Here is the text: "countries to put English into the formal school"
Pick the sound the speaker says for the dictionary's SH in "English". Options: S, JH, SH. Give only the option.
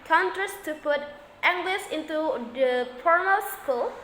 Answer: S